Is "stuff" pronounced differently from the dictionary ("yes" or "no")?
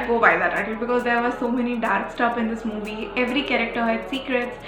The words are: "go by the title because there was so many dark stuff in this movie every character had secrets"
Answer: yes